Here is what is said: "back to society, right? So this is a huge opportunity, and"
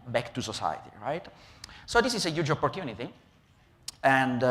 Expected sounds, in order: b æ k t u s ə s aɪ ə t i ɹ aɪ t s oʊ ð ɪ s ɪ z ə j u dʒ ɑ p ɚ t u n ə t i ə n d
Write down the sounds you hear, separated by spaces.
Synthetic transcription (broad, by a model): b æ k t u s ə s aɪ ə t i ɹ aɪ t s oʊ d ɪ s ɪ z ə j u dʒ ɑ p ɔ t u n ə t i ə n d